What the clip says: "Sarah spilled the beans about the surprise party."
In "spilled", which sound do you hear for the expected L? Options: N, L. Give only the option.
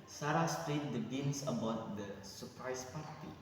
N